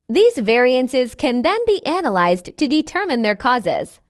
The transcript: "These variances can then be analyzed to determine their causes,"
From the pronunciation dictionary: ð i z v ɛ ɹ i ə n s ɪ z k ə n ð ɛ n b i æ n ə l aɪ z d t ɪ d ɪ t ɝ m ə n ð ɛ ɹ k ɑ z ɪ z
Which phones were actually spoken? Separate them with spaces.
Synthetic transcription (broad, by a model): ð i z v ɛ ɹ i ə n s ɪ z k ə n ð ɛ n b i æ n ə l aɪ z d t ɪ d ɪ t ɝ m ə n ð ɛ ɹ k ɑ z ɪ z